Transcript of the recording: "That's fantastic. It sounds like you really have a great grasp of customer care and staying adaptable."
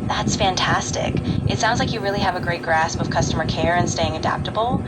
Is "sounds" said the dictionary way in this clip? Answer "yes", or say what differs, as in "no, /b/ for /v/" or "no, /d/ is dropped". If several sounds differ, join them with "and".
yes